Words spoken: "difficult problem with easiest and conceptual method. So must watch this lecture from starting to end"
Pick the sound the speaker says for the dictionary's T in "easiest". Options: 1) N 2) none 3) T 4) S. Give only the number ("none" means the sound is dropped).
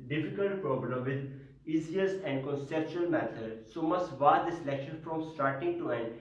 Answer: 2